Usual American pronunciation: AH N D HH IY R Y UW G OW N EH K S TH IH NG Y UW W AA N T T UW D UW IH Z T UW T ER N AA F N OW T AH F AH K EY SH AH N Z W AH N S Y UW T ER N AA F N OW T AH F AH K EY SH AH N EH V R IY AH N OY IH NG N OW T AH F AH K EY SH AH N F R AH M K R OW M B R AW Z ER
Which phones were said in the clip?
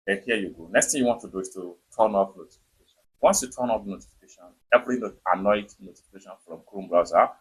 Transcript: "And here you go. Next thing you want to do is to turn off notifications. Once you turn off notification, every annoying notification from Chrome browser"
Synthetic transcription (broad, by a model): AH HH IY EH Y UW G OW N EH K S T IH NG Y UW W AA N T T UW D UW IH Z T UW T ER N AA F N OW T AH F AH K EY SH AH N W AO N S Y UW T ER N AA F N OW T AH F AH K EY SH AH N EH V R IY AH N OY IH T N OW T AH F AH K EY SH AH N F R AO M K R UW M B R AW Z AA